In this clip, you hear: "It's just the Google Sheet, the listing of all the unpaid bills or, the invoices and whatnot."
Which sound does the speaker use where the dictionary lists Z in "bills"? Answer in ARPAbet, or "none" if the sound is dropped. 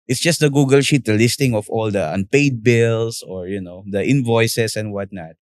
S